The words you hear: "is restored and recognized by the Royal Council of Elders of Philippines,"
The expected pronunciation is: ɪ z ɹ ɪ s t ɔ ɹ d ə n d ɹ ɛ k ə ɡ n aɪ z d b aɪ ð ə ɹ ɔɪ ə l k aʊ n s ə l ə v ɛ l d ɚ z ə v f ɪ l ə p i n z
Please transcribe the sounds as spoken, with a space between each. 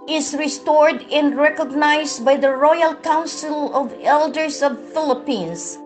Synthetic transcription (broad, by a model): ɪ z ɹ ɪ s t ɔ ɹ d ə n d ɹ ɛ k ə ɡ n aɪ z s b aɪ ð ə ɹ ɔɪ ə l k aʊ n s ə l ə v ɛ l d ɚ s ə v f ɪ l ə p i n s